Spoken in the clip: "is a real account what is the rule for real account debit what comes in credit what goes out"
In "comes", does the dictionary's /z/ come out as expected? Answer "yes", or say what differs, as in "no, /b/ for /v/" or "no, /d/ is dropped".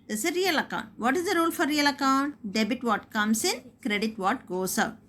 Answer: no, /s/ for /z/